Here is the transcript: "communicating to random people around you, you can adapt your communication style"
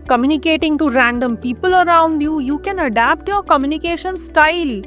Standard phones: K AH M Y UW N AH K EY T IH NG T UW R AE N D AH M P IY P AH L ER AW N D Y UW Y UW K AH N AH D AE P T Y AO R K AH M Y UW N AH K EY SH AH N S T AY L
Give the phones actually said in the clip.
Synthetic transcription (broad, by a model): K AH M Y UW N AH K EY T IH NG T UW R AE N D AH M P IY P AH L ER AW N D Y UW Y UW K AH N AH D AE P T Y AO R K AH M Y UW N AH K EY SH AH N S T AY L